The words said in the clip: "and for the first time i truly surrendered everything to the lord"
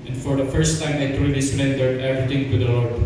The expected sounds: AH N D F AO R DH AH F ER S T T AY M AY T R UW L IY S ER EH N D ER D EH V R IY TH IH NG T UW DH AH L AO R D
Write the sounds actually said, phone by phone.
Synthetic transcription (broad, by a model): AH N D F AO R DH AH F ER S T T AY M AY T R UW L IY S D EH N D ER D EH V R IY T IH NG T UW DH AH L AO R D